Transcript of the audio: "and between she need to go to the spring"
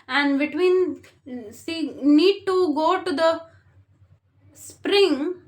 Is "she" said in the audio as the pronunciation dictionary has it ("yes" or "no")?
no